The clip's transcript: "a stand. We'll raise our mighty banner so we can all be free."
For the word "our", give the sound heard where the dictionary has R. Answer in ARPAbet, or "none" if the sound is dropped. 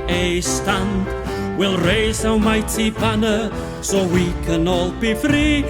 W